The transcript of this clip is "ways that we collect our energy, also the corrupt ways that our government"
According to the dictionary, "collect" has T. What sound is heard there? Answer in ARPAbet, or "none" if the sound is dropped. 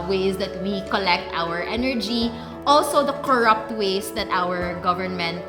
T